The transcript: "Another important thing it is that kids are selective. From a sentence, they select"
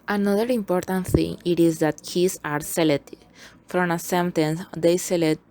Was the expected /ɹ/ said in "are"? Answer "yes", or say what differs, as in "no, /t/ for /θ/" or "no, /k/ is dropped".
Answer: yes